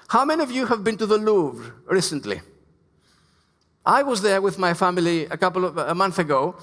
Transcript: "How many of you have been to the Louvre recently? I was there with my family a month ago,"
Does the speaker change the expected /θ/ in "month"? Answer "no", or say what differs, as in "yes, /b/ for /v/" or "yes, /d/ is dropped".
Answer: no